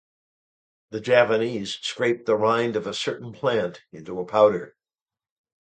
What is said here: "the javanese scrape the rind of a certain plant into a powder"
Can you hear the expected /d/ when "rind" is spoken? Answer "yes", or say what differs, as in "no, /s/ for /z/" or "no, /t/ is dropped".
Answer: yes